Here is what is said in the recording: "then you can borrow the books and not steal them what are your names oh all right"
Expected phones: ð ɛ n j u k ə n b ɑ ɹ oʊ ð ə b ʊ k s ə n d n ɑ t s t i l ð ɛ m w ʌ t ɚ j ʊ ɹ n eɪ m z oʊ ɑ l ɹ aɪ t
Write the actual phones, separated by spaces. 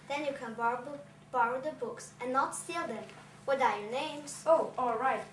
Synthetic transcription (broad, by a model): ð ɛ n j u k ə n b ɑ ɹ oʊ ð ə b ʊ k s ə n n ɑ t s t i l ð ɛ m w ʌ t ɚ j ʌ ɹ n eɪ m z oʊ ɑ l ɹ aɪ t